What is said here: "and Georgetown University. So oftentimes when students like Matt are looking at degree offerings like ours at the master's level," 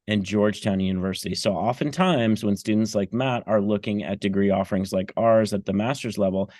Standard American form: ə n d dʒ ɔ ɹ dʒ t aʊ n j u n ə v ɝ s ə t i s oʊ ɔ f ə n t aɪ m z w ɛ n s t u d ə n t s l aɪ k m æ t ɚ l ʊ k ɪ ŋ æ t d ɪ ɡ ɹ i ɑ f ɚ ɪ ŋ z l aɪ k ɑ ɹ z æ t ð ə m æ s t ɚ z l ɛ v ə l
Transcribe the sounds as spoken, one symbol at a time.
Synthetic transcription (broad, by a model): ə n dʒ ɔ ɹ dʒ t aʊ n j u n ə v ɝ s ə t i s oʊ ɔ f ə n t aɪ m z w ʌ n s t u d n t s l aɪ k m æ t ɚ l ʊ k ɪ ŋ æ t d ɪ ɡ ɹ i ɑ f ɚ ɪ ŋ z l aɪ k ɑ ɹ z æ t ð ə m æ s t ɚ z l ɛ v l